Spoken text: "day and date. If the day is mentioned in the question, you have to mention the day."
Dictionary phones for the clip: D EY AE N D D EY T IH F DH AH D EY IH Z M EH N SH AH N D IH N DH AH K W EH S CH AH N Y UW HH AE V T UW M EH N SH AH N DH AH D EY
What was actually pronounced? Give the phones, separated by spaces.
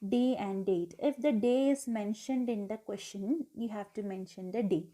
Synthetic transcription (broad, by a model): D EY AE N D D EY T IH F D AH D EY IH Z M EH N SH AH N D IH N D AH K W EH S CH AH N Y UW HH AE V T UW M EH N SH AH N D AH D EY